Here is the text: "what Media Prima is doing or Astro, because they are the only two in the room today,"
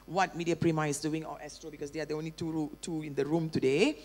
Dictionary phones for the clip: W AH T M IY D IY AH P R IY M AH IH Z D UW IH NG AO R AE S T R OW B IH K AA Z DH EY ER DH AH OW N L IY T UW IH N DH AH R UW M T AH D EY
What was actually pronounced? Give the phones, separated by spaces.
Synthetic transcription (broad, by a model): W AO T M IY D IY AH P R IY M AH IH S D UW IH NG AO L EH S T R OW B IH K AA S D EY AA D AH OW N L IY T UW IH N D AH R UW M T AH D EY